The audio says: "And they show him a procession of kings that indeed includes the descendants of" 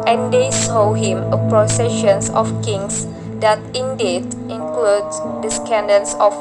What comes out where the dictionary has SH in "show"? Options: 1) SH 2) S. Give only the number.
2